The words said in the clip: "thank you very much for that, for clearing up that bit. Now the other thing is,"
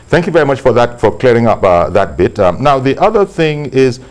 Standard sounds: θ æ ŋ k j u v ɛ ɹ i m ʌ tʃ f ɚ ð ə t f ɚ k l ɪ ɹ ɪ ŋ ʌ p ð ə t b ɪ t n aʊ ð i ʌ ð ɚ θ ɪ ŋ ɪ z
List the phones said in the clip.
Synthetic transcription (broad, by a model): θ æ ŋ k j u v ɛ ɹ i m ʌ tʃ f ɚ ð ə t f ɚ k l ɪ ɹ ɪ ŋ ʌ p ð ə t b ɪ t n aʊ ð i ʌ ð ɚ θ ɪ ŋ ɪ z